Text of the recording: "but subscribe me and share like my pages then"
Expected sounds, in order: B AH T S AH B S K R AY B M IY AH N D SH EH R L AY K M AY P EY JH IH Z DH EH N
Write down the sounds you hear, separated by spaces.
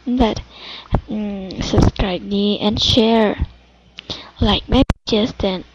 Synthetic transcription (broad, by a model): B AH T S AH B S K R AY B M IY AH N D SH EH R L AY K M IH B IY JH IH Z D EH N